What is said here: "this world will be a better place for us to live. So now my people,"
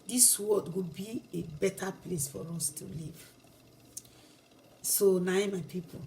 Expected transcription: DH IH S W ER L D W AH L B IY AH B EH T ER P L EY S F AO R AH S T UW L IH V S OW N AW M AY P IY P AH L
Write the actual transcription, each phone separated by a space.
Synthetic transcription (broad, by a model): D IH S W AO D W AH B IY AH B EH T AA P L EY S F AO R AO S T UW L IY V S OW N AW M AY P IY P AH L